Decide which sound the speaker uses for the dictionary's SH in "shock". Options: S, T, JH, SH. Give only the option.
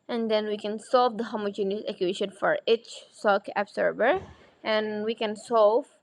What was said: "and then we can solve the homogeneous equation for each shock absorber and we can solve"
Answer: S